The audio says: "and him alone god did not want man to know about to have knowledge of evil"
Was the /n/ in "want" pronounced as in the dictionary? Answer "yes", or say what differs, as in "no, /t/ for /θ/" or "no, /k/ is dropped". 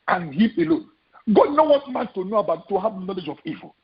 no, /n/ is dropped